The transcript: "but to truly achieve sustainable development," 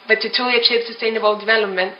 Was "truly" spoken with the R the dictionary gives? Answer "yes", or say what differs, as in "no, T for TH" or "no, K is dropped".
no, R is dropped